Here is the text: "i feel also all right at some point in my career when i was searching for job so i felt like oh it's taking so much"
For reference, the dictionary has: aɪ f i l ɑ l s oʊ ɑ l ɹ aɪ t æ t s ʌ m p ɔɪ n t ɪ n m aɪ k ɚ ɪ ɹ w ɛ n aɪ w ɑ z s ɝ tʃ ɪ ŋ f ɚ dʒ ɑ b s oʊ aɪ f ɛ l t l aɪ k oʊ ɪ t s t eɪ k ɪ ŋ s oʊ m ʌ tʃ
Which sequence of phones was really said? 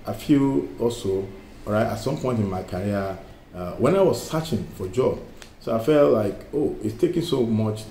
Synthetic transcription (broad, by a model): aɪ f i l ɑ l s oʊ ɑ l ɹ aɪ t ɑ t s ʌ m p ɔɪ n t ɪ n m aɪ k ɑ ɹ w ɛ n aɪ w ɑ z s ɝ tʃ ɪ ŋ f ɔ dʒ ɑ b s oʊ aɪ f ɛ l t l aɪ k oʊ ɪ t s t eɪ k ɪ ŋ s oʊ m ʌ tʃ